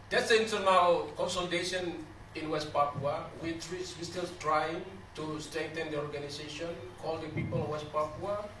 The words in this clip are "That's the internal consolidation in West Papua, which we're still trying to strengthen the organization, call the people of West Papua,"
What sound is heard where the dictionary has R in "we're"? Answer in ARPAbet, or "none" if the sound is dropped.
W